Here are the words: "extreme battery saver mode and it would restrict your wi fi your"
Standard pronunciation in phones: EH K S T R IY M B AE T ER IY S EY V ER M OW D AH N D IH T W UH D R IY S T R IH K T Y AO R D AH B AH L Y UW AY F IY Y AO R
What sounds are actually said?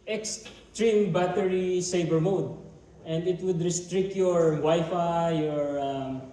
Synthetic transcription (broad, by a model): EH K S T R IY M B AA T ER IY S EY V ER M OW D AH N D IH T W UH D R IY S T R IH K T Y AO R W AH Y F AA Y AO R